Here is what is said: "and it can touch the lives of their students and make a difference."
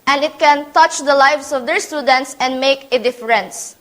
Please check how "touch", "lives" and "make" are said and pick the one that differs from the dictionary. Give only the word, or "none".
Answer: lives